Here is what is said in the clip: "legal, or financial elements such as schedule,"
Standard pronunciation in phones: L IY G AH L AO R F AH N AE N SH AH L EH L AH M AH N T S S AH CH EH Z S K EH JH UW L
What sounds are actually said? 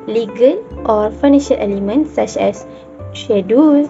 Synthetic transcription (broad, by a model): L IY G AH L AO R F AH N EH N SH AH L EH L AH M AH N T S S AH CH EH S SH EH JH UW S